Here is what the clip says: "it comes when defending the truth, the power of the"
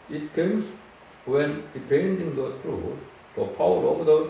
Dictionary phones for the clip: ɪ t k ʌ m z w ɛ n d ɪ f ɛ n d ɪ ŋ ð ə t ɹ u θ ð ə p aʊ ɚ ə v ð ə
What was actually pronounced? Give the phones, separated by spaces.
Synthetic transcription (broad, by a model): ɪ t k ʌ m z w ɛ n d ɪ p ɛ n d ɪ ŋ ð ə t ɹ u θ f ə p aʊ ɚ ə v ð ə